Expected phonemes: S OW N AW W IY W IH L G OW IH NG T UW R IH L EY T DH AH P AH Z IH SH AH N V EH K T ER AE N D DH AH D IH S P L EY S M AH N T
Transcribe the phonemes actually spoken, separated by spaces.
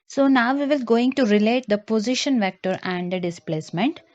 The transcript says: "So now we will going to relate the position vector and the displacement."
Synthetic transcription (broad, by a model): S OW N AW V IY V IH L G OW IH NG T UW R IH L EY T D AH P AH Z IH SH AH N V EH K T ER AE N D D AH D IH S P L EY S M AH N T